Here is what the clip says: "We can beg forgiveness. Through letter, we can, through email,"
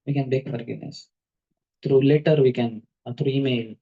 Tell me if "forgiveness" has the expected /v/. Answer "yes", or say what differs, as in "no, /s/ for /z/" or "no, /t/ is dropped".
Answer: no, /v/ is dropped